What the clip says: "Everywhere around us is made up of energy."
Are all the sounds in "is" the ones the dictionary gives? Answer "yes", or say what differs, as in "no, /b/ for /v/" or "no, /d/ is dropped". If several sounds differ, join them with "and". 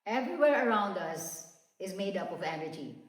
yes